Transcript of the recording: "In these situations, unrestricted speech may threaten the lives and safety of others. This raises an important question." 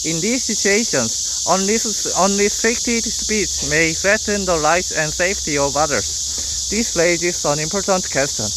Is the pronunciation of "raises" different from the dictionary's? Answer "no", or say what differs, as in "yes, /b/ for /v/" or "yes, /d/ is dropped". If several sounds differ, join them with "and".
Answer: yes, /l/ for /ɹ/